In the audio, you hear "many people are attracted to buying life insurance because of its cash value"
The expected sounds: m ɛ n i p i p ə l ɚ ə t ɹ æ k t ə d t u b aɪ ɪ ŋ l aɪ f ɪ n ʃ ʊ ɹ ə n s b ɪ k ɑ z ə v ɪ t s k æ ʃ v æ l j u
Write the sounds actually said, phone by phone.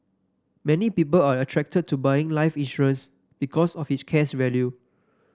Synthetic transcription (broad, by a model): m ɛ n i p i p ə l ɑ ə t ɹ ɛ k t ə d t u b aɪ ɪ ŋ l aɪ f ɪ n ʃ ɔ ɹ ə n s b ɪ k ɑ s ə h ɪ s k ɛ s v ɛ l j u